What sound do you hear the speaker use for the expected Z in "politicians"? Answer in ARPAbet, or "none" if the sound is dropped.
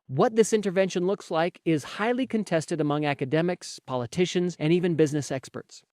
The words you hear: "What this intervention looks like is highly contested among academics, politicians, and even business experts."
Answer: Z